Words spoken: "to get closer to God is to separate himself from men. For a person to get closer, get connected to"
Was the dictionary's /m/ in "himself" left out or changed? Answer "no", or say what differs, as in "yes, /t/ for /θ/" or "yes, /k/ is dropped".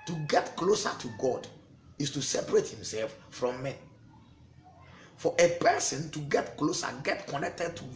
no